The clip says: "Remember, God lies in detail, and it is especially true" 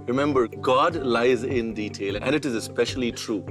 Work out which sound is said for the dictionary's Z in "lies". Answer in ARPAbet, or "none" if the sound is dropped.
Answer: Z